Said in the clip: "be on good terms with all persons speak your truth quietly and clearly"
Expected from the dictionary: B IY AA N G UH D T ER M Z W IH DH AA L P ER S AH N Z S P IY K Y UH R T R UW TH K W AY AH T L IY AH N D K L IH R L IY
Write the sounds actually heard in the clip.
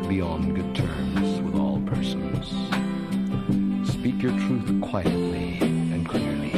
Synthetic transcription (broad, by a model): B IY AA N G UH D T ER M Z W IH DH AA L P ER S AH N Z S P IY K Y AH R T R UW TH K W AY AH T L IY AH N K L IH R L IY